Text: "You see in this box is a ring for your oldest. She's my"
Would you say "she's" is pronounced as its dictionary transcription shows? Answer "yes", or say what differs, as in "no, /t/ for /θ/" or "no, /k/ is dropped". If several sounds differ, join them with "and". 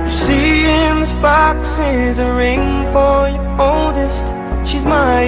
yes